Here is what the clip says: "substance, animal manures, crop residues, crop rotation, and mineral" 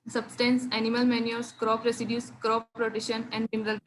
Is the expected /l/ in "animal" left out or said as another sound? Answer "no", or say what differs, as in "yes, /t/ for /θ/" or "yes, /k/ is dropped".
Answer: no